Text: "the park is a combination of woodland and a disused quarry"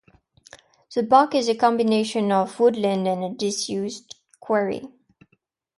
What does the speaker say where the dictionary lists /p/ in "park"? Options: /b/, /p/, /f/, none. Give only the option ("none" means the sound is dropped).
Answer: /b/